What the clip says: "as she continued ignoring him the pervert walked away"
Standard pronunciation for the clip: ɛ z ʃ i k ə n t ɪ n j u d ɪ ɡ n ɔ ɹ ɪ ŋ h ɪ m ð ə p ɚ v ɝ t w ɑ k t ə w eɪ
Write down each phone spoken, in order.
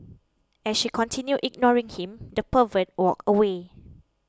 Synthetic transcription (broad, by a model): ɛ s ʃ i k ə n t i n j u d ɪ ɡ n ɔ ɹ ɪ ŋ h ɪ m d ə p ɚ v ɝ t w ɑ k ə w eɪ